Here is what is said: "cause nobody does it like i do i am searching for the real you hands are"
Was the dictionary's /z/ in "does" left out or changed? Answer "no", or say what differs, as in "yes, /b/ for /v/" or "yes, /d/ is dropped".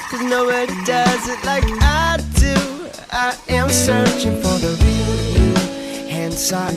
no